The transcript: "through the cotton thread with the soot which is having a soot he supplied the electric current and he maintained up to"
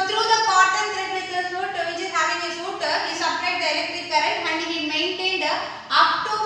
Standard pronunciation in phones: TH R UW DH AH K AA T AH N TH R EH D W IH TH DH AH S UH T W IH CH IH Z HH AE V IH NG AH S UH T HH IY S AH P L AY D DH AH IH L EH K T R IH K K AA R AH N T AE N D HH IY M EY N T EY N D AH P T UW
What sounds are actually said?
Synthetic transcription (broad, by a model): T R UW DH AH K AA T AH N T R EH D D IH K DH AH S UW T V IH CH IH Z HH AE V IH NG AH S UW T HH IY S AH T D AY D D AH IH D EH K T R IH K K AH R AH T AE N D HH IY M EY N T EY N D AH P T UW